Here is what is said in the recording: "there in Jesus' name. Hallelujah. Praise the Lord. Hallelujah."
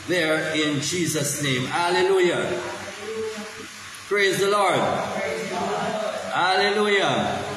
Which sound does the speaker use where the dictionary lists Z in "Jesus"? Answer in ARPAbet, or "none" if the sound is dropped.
Z